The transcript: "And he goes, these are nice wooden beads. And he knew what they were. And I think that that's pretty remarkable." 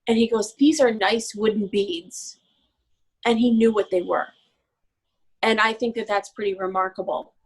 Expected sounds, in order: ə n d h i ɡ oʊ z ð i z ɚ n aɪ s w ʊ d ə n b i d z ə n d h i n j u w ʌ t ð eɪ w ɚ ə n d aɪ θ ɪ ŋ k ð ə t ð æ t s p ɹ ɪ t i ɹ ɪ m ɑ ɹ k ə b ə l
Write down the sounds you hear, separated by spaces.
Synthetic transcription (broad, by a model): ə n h i ɡ oʊ z ð i z ɚ n aɪ s w ʊ d n b i d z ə n i n j u w ʌ t ð eɪ w ɚ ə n aɪ θ ɪ ŋ k ð ə t ð æ t s p ɹ ɪ t i ɹ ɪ m ɑ ɹ k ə b l